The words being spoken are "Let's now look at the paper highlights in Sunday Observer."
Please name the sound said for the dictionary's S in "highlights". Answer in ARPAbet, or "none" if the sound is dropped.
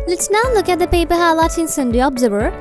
none